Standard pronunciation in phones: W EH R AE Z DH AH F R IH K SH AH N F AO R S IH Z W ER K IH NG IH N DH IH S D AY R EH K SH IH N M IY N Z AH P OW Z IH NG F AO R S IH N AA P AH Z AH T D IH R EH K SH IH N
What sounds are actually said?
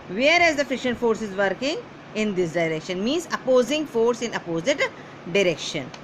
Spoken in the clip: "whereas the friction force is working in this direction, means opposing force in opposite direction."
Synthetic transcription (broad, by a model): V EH R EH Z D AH F IH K SH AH N F AO R S IH Z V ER K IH NG IH N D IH S D AY R EH K SH IH N M IY N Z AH P OW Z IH NG F AO R S IH N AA P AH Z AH T D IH R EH K SH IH N